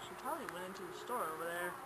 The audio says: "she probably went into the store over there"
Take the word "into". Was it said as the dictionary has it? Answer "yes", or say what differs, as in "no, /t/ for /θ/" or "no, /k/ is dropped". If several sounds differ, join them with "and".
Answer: yes